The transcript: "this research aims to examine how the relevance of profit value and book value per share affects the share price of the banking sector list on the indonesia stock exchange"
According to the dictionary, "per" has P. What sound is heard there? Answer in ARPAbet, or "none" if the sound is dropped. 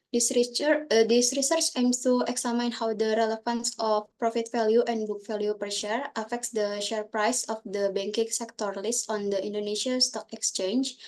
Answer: P